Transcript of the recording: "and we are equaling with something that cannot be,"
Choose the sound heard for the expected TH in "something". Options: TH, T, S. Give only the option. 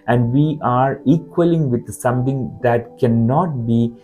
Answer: T